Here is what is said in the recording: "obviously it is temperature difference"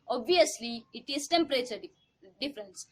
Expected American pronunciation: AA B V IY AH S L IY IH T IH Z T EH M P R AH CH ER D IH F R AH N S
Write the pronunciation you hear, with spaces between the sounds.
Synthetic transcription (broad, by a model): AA B V IY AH S L IY IH T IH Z T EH M P R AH S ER D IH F R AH N S